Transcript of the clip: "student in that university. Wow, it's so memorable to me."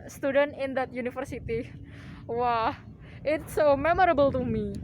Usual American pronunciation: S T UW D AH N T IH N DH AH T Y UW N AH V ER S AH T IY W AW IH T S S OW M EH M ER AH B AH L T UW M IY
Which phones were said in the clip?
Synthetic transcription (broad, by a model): S T UW D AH N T IH N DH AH T Y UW N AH F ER S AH T IY W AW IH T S S OW M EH M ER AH B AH L T UW M IY